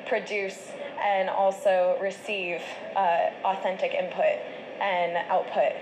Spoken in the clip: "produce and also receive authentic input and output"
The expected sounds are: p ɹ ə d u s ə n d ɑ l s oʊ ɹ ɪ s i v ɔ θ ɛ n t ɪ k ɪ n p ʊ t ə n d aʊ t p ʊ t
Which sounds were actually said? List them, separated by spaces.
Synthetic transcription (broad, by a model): p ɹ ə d u s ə n ɑ l s oʊ ɹ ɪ s i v ɔ θ ɛ n t ɪ k ɪ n p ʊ t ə n aʊ t p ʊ t